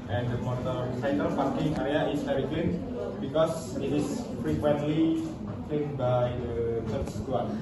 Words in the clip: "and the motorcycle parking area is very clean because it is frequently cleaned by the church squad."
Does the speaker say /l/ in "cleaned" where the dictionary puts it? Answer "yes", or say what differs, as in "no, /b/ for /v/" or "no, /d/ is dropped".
no, /l/ is dropped